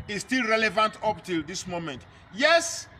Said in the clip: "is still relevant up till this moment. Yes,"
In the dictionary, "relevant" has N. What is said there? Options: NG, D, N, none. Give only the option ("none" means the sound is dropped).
N